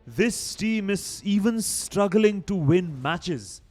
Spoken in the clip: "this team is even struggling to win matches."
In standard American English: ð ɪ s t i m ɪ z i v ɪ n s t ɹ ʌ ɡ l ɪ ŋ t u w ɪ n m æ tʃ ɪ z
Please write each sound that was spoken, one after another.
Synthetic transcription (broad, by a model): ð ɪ s t i m ɪ z i v ɪ n s t ɹ ʌ ɡ l ɪ ŋ t u w ɪ n m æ tʃ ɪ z